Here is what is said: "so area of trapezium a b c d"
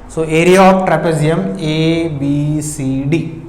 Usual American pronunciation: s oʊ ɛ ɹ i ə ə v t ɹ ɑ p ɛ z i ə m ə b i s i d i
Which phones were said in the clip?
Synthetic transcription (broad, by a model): s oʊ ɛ ɹ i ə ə p t ɹ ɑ p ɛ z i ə m ə b i s i d i